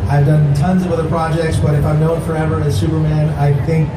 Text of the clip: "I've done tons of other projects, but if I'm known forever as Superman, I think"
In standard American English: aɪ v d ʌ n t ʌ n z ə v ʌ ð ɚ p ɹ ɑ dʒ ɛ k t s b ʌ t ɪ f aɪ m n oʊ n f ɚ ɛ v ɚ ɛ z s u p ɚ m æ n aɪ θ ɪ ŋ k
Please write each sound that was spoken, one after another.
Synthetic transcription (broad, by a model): aɪ v d ʌ n t ʌ n z ə v ʌ ð ɚ p ɹ ɑ dʒ ɛ k t s b ʌ t ɪ f aɪ m n oʊ n f ɚ ɛ v ɚ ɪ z s u p ɚ m æ n aɪ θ ɪ ŋ k